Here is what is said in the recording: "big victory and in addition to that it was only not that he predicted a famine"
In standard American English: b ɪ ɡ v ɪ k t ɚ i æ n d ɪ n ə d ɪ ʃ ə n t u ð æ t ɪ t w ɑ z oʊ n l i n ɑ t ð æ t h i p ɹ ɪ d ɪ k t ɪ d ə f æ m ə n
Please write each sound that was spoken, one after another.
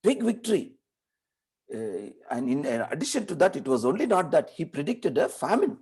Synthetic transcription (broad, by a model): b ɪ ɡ v ɪ k t ɚ i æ n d ɪ n ə d ɪ ʃ ə n t u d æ t ɪ t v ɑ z oʊ n l i n ɑ t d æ t h i p ɹ ɪ d ɪ k t ɪ d ə f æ m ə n